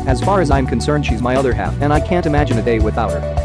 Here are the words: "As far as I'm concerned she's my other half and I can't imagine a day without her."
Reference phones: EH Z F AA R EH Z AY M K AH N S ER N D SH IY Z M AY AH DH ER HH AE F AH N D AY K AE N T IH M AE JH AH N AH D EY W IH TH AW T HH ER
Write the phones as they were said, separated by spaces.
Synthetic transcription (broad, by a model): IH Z F AA R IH Z AY M K AH N S ER N D SH IY Z M AY AH DH ER HH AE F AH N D AY K AE N T IH M AE JH AH N AH D EY W IH TH AW T HH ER